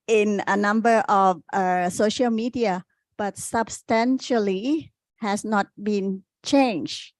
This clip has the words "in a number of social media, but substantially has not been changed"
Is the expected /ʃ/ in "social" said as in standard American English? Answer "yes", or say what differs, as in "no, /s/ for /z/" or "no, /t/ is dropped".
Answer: yes